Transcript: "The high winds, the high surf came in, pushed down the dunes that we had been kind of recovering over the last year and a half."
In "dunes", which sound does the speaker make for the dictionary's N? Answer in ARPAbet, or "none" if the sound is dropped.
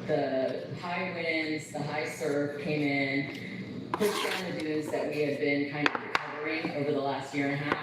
none